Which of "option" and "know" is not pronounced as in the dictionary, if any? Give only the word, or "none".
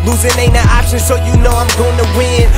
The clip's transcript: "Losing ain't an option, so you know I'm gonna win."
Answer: option